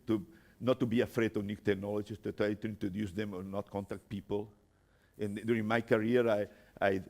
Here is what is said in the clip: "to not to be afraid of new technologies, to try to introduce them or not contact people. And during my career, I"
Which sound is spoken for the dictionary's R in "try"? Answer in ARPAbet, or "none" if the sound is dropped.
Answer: none